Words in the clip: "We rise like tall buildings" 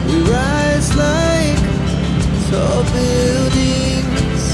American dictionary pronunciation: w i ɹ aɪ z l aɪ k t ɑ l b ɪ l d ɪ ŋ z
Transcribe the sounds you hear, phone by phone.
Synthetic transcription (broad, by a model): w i ɹ aɪ z l aɪ k s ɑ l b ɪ l d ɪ ŋ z